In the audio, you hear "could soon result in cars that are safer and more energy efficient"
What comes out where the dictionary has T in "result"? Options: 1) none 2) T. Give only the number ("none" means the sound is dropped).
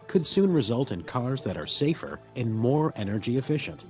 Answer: 2